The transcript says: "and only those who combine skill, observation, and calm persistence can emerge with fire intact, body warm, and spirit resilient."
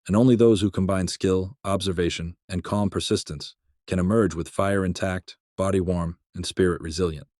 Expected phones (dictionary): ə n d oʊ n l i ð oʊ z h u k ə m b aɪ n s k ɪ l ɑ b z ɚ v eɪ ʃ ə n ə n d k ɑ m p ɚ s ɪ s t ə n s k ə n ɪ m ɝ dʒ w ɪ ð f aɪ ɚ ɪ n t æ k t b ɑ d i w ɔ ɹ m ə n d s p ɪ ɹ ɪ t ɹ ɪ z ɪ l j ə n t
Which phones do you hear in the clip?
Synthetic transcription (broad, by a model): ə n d oʊ n l i ð oʊ z h u k ə m b aɪ n s k ɪ l ɑ b z ɚ v eɪ ʃ ə n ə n k ɑ m p ɚ s ɪ s t ə n s k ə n ɪ m ɝ dʒ w ɪ ð f aɪ ɚ ɪ n t æ k t b ɑ d i w ɔ ɹ m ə n s p ɪ ɹ ɪ t ɹ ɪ z ɪ l j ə n t